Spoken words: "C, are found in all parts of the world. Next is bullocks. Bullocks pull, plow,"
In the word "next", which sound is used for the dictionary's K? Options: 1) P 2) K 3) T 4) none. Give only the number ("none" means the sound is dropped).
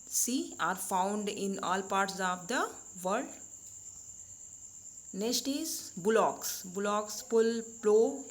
4